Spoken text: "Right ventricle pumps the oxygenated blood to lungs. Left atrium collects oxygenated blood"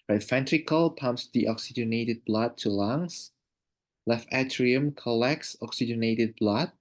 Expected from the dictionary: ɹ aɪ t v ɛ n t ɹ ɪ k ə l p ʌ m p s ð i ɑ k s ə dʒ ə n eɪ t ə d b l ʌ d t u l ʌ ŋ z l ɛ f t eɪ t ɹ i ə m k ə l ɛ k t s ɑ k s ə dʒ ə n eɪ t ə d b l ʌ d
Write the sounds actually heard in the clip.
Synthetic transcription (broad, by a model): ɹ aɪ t f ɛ n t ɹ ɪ k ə l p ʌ m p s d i ɑ k s ə dʒ ə n eɪ t ə d b l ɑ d t u l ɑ ŋ s l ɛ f eɪ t ɹ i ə m k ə l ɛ k s ɑ k s ə dʒ ə n eɪ t ə d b l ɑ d